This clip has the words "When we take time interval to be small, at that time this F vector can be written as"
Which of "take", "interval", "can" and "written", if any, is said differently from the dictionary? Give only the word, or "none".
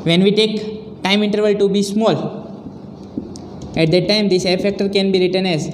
none